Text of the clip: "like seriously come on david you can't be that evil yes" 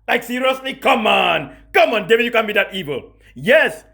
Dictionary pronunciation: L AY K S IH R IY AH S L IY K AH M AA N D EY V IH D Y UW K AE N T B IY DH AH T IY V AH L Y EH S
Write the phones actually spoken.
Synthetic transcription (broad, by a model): L AY K S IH R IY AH S L IY K AH M AA N D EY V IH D Y UW K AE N B IY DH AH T IY V AH L Y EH S